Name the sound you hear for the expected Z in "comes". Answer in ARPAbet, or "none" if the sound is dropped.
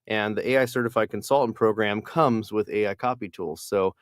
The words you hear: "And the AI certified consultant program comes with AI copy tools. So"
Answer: Z